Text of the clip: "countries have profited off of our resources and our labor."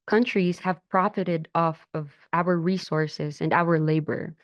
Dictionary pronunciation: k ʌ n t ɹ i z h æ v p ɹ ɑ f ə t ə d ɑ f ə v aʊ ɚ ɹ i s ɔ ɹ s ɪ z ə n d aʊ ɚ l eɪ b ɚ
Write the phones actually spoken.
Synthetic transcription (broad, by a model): k ʌ n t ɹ i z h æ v p ɹ ɑ f ə t ə d ɑ f ə v aʊ ɚ ɹ i s ɔ ɹ s ɪ z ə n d aʊ ɚ l eɪ b ɚ